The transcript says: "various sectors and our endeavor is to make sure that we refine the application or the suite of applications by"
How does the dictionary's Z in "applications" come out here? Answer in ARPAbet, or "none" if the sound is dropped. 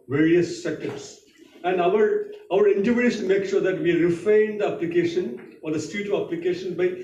none